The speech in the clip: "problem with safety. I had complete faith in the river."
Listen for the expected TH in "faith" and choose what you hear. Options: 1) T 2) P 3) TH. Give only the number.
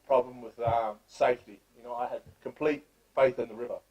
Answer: 3